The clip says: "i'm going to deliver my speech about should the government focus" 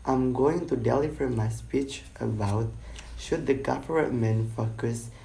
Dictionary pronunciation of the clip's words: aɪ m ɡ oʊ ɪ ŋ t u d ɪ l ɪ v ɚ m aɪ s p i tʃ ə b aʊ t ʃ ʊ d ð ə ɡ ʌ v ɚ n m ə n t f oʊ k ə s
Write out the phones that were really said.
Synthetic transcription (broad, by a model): aɪ m ɡ oʊ ɪ ŋ t u d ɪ l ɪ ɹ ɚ m aɪ s p i tʃ ə b aʊ t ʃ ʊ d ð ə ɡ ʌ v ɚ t m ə n f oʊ k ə s